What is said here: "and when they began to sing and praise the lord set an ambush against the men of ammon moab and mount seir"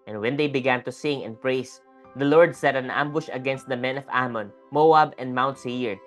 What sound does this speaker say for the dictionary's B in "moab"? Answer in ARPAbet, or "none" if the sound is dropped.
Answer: B